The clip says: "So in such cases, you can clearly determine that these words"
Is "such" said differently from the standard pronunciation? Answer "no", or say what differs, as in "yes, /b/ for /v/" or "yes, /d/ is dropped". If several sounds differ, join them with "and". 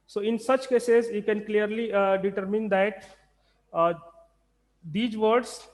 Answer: no